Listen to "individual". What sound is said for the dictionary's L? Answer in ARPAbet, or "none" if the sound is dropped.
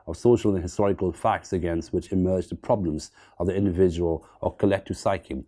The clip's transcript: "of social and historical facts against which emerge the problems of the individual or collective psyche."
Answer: L